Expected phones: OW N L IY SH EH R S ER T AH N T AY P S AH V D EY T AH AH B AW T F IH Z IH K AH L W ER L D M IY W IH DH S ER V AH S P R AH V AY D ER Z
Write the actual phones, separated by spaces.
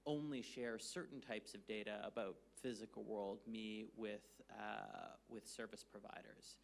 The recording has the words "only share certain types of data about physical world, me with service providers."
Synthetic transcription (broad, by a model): OW N L IY SH EH R S ER T N T AY P S AH V D EY T AH AH B AW T F IH Z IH K L W ER L D M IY W IH DH S ER V AH S P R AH V AY D ER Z